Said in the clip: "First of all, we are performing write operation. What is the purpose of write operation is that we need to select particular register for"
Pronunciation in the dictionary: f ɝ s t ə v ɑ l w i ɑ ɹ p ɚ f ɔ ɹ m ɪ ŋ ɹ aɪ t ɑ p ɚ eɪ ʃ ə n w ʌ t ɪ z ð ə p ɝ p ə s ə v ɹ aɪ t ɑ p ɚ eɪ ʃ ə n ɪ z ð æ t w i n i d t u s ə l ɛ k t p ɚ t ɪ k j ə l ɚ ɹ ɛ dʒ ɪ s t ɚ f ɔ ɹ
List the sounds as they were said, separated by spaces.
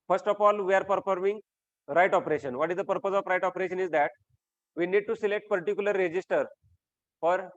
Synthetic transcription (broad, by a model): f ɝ s t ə f ɑ l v i ɑ ɹ p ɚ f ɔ ɹ m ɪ ŋ ɹ aɪ t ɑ p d eɪ ʃ ə n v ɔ t ɪ z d ə p ɝ p ə s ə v ɹ aɪ t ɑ p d eɪ ʃ ə n ɪ z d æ t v i n i d t u s ə l ɛ k t p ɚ t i k j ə l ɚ ɹ ɛ dʒ ɪ s t ɚ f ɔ ɹ